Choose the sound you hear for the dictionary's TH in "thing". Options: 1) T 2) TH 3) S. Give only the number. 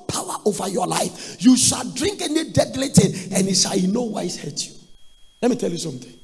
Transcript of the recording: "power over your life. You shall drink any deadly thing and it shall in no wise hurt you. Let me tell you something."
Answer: 1